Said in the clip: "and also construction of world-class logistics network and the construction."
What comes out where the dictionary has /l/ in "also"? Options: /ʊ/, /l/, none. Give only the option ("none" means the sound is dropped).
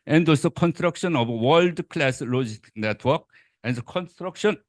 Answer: none